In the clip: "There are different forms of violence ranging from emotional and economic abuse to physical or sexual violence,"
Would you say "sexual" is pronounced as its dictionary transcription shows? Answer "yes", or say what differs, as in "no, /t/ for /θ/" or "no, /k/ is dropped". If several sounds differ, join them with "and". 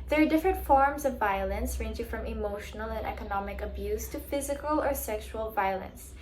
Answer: yes